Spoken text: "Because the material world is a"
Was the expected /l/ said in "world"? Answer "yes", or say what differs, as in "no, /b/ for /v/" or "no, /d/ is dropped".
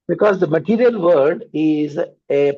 no, /l/ is dropped